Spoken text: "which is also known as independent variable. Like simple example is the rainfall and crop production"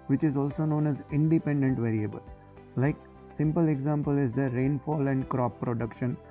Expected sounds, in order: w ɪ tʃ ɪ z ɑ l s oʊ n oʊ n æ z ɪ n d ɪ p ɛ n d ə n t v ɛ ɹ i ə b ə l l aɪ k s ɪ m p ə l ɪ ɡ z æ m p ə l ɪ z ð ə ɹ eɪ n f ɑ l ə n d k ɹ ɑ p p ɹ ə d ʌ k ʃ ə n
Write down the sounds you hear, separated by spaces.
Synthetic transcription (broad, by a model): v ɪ tʃ ɪ z ɑ l s oʊ n oʊ n æ z ɪ n d ɪ p ɛ n d ə n t v ɛ ɹ i ə b ə l l aɪ k s ɪ m p ə l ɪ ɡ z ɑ m p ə l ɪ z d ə ɹ eɪ n f ɑ l ə n d k ɹ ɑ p p ɹ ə d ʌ k ʃ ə n